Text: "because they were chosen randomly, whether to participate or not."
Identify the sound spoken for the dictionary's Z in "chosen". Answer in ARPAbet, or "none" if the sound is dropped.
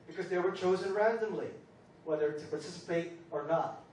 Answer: Z